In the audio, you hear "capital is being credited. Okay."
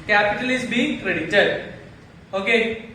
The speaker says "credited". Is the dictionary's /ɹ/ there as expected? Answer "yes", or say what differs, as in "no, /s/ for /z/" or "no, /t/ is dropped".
yes